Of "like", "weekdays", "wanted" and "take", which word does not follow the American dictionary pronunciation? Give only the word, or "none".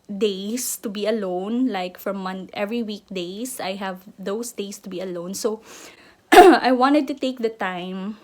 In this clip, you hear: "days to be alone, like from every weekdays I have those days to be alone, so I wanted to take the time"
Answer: weekdays